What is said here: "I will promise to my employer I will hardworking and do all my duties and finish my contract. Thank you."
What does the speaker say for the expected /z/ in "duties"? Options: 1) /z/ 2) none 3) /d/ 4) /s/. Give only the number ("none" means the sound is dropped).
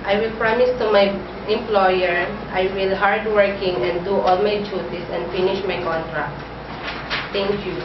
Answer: 4